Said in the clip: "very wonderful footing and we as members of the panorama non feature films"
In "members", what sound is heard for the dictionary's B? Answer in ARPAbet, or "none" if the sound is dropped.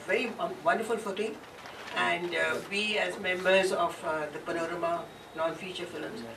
B